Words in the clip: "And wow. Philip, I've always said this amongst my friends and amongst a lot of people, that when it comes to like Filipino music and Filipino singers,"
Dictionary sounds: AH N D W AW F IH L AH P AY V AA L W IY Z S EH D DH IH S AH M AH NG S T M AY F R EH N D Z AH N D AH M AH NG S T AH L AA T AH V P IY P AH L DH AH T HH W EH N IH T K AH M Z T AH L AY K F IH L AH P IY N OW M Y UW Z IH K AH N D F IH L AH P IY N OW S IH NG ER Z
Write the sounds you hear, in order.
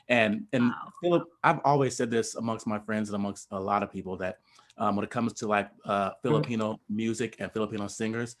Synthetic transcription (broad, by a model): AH N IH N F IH L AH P AY V AA L W IY Z S EH D DH IH S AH M AH NG S T M AY F R EH N D Z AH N AH M AH NG S T AH L AA T AH V P IY P L DH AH T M W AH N IH T K AH M Z T AH L AY K F IH L AH P IY N OW M Y UW Z IH K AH N F IH L AH P IY N OW S IH NG ER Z